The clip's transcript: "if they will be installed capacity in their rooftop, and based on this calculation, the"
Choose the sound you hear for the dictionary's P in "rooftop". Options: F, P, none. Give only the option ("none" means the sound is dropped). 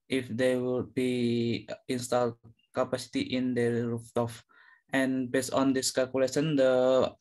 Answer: F